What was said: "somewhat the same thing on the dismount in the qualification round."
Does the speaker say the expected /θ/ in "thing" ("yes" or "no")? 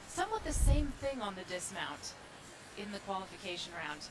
yes